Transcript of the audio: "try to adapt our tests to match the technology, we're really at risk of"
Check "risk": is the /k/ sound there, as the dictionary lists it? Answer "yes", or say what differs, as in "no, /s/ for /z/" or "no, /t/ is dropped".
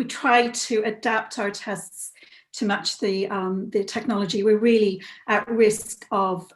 yes